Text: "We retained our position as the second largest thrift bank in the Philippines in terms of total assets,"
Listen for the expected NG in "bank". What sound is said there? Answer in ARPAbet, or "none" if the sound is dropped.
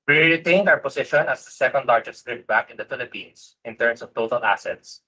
none